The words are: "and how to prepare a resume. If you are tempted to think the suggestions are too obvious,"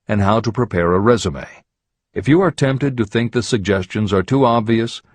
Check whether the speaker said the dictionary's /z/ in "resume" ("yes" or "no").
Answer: yes